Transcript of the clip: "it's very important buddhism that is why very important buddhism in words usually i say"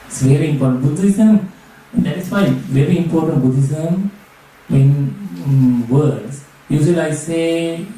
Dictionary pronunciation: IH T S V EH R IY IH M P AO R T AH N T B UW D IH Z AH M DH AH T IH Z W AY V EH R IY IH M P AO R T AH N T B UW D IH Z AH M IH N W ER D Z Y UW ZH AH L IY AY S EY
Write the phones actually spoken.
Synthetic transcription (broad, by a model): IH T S V EH R IY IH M P AO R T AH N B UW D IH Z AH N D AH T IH S W AY V EH R IY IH M P AO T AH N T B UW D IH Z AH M IH N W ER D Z Y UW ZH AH L AY S EY